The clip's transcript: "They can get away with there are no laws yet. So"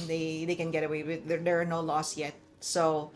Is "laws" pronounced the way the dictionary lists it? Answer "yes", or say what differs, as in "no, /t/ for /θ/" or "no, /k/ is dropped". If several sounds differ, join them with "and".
no, /s/ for /z/